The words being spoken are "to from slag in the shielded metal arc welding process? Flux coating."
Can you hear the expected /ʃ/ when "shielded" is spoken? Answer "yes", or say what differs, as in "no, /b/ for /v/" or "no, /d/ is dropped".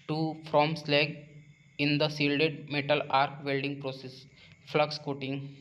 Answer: no, /s/ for /ʃ/